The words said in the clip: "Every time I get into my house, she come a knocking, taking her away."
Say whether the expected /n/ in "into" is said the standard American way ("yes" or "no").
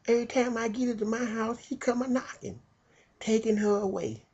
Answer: no